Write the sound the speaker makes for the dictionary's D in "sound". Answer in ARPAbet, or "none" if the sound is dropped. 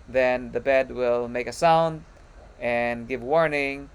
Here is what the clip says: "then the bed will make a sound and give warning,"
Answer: D